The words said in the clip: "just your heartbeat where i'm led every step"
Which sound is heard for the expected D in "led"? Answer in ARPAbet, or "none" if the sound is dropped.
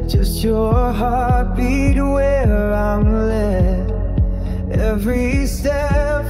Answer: none